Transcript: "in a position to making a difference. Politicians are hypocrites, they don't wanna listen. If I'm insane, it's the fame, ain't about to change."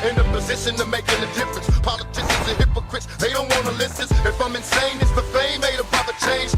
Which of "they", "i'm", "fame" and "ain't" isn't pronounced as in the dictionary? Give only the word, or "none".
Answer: ain't